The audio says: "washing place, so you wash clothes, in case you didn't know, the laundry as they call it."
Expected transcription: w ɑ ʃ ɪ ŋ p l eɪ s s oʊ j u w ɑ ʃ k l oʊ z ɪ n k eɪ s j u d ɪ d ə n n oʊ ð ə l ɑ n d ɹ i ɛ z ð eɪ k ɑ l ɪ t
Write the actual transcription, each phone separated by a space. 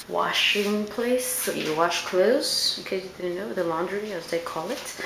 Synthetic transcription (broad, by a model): w ɑ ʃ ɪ ŋ p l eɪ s s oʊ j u w ɑ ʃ k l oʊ ɪ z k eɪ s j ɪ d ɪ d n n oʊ ð ə l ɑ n d ɹ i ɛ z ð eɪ k ɑ l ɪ t